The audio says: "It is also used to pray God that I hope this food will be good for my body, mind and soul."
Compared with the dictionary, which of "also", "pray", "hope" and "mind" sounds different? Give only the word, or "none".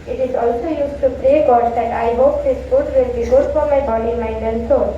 mind